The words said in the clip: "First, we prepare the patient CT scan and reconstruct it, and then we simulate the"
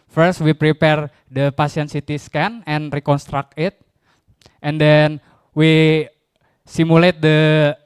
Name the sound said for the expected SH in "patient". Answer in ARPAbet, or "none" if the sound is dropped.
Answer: S